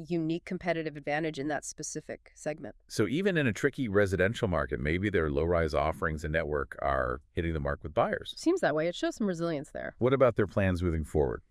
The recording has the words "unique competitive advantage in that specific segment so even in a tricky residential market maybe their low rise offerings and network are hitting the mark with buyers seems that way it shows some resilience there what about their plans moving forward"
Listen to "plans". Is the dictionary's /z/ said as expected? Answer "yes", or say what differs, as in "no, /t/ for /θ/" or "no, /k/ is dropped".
yes